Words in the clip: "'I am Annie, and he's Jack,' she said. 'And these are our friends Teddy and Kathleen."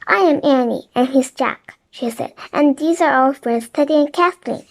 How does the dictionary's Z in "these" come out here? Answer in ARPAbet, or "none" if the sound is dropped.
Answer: Z